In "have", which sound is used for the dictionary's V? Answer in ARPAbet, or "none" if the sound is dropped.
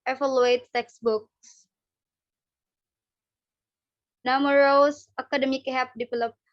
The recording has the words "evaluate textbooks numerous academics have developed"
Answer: P